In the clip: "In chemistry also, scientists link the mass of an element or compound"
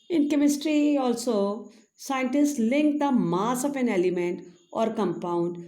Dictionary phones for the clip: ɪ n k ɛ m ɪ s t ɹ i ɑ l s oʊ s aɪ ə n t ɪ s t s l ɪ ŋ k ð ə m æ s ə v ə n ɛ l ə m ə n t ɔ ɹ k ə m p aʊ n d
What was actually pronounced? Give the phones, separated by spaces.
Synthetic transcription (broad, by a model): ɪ n k ɛ m ɪ s t ɹ i ɑ l s oʊ s aɪ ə n t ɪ s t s l ɪ ŋ k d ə m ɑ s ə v ə n ɛ l ə m ə n t ɔ ɹ k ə m p aʊ n d